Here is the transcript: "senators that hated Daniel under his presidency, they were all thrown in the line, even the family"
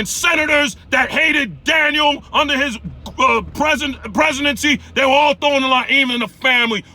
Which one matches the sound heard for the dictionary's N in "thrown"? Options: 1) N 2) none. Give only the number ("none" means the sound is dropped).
2